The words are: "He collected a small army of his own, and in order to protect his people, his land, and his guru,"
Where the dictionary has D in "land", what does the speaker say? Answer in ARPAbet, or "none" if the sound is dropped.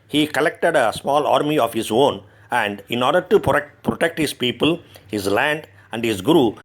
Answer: D